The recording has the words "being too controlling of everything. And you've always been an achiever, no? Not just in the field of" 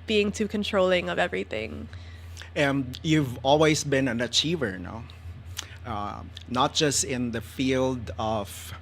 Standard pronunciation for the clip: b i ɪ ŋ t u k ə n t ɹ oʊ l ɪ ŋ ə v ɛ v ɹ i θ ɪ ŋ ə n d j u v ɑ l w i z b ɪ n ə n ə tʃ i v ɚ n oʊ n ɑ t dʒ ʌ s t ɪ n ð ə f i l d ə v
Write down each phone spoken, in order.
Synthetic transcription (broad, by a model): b i ɪ ŋ t u k ə n t ɹ oʊ l ɪ ŋ ə v ɛ v ɹ i θ ɪ ŋ ə n d j u v ɑ l w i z b ɪ n ə n ə tʃ i v ɚ n oʊ n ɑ t dʒ ʌ s t ɪ n ð ə f i l d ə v